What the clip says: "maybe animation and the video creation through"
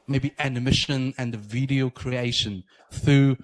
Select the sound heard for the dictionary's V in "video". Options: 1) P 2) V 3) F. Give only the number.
2